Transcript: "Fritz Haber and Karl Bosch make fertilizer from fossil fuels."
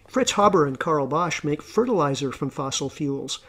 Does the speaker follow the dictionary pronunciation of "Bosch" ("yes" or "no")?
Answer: yes